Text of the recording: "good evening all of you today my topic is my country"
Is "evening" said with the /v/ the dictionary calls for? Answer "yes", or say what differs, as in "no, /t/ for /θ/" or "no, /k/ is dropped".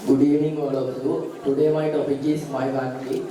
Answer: no, /v/ is dropped